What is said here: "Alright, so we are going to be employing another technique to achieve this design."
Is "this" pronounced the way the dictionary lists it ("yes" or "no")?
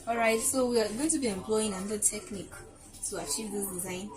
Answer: no